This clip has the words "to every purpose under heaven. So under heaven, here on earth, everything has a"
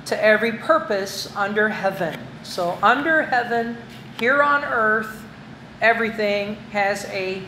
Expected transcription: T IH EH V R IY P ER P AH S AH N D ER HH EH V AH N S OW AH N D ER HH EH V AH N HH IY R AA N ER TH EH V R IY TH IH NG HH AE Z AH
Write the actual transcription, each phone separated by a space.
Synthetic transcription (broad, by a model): T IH EH V R IY P ER P AH S AH N D ER HH EH V AH N S OW AH N D ER HH EH V AH N HH IY R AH N ER TH EH V R IY TH IH NG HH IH Z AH